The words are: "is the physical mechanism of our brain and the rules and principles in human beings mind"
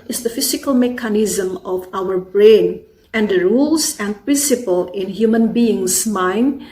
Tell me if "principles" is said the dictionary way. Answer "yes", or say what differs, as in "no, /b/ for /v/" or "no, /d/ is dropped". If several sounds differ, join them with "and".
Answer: no, /z/ is dropped